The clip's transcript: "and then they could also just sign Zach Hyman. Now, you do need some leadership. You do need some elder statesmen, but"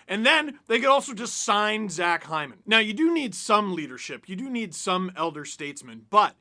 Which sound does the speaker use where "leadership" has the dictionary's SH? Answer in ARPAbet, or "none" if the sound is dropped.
SH